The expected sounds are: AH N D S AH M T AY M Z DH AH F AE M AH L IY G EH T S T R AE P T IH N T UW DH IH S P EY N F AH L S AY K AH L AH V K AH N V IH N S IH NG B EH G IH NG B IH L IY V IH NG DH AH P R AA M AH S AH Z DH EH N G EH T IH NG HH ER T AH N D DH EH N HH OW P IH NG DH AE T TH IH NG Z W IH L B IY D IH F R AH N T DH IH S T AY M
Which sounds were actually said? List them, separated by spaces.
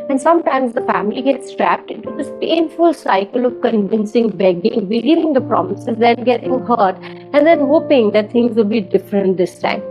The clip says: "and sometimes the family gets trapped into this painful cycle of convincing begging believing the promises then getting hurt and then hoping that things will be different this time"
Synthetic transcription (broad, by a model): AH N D S AH M T AY M Z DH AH F AE M AH L IY G EH T S T R AE P T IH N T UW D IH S P EY N F AH L S AY K AH L AH V K AH N V IH N S IH NG B EH G IH NG B IH L IY V IH NG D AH P R AA M AH S AH Z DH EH N G EH T IH NG HH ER T AH N D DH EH N HH OW P IH NG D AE T T IH NG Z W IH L B IY D IH F R AH N T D IH S T AY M